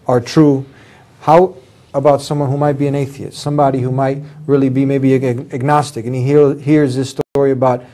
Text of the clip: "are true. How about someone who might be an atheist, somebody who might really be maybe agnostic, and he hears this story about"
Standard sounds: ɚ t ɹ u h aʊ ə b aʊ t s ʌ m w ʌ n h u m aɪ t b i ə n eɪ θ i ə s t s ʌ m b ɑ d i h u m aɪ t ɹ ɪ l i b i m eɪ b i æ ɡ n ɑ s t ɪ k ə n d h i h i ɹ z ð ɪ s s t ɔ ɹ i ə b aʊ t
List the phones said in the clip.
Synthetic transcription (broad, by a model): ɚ t ɹ u h aʊ ə b aʊ t s ʌ m w ʌ n h u m aɪ t b i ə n eɪ θ i ə s t s ʌ m b ɑ d i h u m aɪ t ɹ ɪ l i b i m eɪ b i æ ɡ n ɑ s t ɪ k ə n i h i h i ɹ z ð ɪ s s t ɔ ɹ i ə b aʊ t